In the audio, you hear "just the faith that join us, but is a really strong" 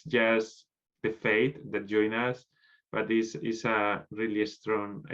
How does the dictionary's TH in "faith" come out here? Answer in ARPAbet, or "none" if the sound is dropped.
T